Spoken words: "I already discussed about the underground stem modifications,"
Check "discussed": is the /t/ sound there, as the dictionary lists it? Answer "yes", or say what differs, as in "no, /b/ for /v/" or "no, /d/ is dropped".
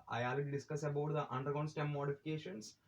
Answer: no, /t/ is dropped